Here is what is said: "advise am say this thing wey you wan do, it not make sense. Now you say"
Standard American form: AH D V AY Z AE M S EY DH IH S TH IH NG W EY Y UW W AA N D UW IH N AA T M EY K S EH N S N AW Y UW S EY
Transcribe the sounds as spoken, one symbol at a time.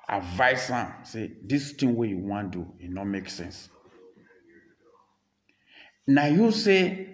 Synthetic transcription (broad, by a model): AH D V AY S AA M S EY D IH S T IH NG W EY Y UW W AA N D UW IH N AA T M EY K S EH N S N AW Y UW S EY